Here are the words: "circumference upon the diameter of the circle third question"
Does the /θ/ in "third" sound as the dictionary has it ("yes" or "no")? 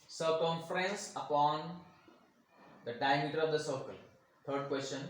no